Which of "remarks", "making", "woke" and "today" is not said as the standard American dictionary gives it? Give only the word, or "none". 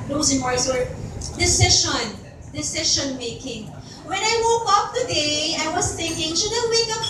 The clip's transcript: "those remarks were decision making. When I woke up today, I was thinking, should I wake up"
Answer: remarks